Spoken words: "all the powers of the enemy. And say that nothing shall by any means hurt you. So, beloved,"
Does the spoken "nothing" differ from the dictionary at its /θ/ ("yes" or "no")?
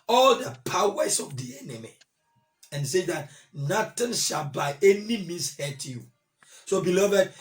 yes